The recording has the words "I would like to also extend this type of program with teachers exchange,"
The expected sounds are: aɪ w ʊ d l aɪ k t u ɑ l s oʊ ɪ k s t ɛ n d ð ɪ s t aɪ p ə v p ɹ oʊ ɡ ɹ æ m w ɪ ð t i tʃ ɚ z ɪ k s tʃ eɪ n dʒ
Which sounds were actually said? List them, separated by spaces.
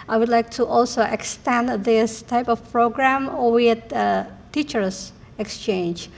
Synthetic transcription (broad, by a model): aɪ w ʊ d l aɪ k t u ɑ l s oʊ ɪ k s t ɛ n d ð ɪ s t aɪ p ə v p ɹ oʊ ɡ ɹ æ m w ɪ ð t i tʃ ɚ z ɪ k s tʃ eɪ n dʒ